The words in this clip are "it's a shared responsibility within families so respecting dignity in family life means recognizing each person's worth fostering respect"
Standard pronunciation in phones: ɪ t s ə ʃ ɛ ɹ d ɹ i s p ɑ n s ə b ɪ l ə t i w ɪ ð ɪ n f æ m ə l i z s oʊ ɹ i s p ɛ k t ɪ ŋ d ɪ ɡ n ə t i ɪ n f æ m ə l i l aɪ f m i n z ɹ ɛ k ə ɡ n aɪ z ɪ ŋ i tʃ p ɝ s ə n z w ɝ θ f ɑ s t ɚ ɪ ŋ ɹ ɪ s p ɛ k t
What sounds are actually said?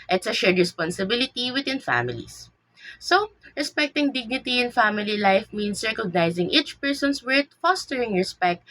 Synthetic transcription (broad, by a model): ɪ t s ə ʃ ɛ ɹ d ɹ i s p ɑ n s ə b ɪ l ə t i w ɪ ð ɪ n f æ m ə l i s s oʊ ɹ i s p ɛ k t ɪ ŋ d ɪ ɡ n ə t i ɪ n f æ m ə l i l aɪ f m i n s ɹ ɛ k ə ɡ n aɪ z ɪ ŋ i tʃ p ɝ s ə n s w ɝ t f ɑ s t ɚ ɪ ŋ ɹ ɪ s p ɛ k t